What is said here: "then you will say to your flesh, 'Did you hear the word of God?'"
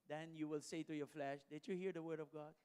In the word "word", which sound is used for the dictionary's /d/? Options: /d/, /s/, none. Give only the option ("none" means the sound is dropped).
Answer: /d/